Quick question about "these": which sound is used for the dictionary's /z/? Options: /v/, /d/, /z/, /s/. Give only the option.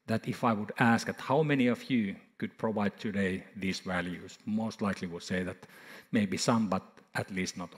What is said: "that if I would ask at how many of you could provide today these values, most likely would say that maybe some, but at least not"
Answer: /s/